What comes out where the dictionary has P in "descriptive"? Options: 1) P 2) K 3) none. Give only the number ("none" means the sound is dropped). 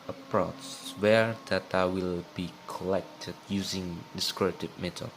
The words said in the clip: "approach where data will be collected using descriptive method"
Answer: 3